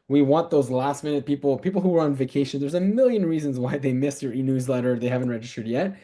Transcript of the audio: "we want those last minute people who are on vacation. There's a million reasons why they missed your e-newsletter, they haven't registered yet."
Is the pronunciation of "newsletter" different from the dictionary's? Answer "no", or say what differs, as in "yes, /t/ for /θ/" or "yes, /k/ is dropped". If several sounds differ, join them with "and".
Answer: no